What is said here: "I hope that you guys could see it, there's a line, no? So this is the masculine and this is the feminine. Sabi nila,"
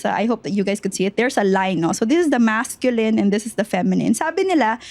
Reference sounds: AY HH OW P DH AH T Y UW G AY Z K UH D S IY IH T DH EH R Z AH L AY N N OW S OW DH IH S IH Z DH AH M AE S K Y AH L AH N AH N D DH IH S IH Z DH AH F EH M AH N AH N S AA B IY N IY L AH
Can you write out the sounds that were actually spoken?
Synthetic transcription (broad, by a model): AY HH OW P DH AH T Y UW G AY S K UH D S IY IH T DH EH R S AH L AY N N OW S OW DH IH S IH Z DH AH M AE S K Y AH L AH N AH N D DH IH S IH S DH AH F EH M AH N AH N S AA B IY N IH L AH